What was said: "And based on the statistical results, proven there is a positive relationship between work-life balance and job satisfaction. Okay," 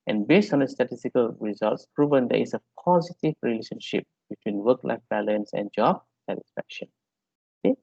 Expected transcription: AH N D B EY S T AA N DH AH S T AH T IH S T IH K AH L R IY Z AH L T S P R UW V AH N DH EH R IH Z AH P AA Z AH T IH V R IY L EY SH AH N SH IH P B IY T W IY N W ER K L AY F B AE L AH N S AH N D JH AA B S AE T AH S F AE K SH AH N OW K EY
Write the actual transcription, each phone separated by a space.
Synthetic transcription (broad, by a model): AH N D B EY S T AA N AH S T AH T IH S T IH K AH L R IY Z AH L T S P R UW V AH N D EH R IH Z AH P AA Z AH T IH V R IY L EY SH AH N SH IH P B IY T W IY N W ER K L AY F B AE L AH N S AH N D JH AA B S AE T AH S F AE K SH AH N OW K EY